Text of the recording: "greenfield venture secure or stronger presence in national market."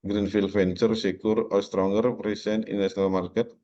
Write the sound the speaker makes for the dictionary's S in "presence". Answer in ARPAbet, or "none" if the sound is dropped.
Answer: none